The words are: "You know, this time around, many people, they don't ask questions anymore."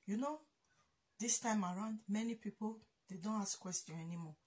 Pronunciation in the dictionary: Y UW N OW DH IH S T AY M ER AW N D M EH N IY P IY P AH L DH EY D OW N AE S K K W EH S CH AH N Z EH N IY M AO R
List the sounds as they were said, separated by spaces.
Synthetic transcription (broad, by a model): Y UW N OW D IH S T AY M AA AW N D M EH N IY P IY P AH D EY D OW N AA S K K W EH S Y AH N EH N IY M AO